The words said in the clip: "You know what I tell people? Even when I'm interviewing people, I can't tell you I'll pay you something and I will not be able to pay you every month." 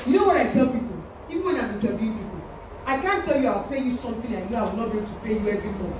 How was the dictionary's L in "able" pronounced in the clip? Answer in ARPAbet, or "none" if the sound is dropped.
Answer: N